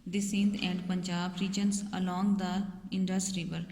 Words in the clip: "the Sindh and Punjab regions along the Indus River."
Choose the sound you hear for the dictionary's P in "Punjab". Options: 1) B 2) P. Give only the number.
2